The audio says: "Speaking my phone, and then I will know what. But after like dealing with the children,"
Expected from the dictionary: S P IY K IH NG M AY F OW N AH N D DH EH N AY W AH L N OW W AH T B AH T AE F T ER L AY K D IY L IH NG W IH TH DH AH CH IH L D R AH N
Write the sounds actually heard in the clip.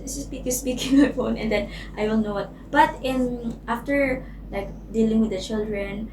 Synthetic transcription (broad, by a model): S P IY K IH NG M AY F OW N AH N D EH N AY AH N N OW W AH T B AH T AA F T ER L AY K D IY L IH NG W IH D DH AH CH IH L D R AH N